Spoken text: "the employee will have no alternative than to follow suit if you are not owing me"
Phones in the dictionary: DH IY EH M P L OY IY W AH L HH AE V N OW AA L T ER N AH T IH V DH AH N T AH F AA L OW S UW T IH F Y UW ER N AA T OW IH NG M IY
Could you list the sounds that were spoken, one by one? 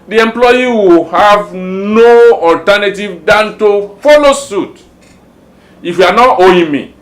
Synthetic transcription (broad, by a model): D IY EH M P L OY IY W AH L HH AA V N OW AA L T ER N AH T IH V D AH N T AH F AA L OW S UW T IH F Y UW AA N AA T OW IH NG M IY